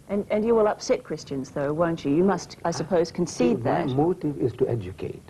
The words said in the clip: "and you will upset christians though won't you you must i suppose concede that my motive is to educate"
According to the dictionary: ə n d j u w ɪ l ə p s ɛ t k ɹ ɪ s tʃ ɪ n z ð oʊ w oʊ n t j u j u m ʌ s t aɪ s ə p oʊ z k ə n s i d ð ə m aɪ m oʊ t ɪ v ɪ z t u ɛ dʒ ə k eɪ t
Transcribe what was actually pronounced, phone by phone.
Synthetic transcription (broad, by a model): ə n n j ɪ w ɪ l ə p s ɛ t k ɹ ɪ s tʃ ɪ n z ð oʊ w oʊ n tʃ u j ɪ m ʌ s t aɪ s ə p oʊ z k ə n s i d ð ə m m oʊ t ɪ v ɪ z t u ɛ dʒ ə k eɪ t